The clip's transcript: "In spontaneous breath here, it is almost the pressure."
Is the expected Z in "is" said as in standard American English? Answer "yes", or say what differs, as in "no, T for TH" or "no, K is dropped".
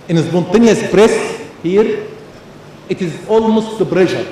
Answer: yes